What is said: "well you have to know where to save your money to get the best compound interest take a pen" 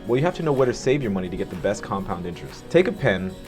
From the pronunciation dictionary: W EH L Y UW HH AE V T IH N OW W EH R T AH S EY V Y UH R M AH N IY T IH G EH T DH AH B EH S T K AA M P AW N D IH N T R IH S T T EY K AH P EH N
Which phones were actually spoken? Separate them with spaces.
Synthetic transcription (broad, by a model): W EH L Y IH HH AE F T IH N OW W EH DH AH S EY V Y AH R M AH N IY T IH G EH T DH AH B EH S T K AA M P AW N D IH N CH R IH S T T EY K AH P EH N